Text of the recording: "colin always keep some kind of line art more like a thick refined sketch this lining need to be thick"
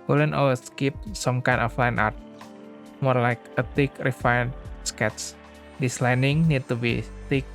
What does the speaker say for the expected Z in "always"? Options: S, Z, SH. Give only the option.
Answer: S